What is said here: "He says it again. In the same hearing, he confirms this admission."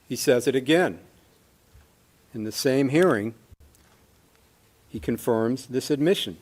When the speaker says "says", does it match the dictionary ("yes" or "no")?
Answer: yes